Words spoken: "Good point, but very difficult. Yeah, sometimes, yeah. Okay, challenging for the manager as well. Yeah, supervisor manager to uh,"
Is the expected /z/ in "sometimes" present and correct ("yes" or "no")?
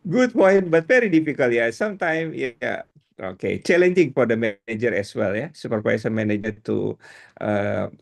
no